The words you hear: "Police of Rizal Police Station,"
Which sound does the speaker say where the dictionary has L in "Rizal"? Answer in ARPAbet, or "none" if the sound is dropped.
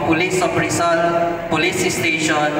N